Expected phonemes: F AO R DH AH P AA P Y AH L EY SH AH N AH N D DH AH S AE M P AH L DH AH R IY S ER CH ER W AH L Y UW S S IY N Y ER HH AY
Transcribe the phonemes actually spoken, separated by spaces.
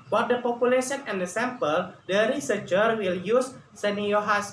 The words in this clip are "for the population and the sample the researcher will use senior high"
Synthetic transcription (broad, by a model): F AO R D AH P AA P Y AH L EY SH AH N AH N D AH S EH M P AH L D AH R IY S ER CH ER W AH L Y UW S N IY Y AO HH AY